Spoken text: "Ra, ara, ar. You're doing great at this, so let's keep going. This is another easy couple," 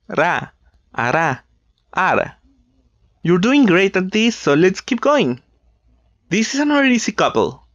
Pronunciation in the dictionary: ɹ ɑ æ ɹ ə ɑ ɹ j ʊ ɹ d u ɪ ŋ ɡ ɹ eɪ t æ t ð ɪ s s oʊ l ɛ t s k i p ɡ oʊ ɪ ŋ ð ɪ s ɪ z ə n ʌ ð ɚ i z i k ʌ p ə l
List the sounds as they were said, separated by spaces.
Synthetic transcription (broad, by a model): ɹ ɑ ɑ ɹ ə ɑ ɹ j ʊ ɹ d u ɪ ŋ ɡ ɹ eɪ t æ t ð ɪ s s oʊ l ɛ t s k i p ɡ oʊ ɪ ŋ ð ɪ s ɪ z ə n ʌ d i s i k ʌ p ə l